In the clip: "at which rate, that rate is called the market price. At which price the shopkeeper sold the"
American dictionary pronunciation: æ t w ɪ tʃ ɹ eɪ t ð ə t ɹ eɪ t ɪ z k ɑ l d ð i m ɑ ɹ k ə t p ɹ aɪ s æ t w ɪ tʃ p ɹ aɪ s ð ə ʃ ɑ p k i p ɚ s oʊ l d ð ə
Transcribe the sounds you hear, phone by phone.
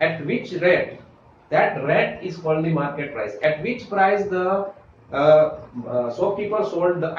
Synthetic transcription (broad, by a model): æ t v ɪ tʃ ɹ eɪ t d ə t ɹ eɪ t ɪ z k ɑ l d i m ɑ ɹ k ə t p ɹ aɪ s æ t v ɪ tʃ p ɹ aɪ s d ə s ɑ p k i p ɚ s oʊ l d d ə